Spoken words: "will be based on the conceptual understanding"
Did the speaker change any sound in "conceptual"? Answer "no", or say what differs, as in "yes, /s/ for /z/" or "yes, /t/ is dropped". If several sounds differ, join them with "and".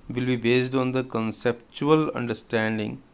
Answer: no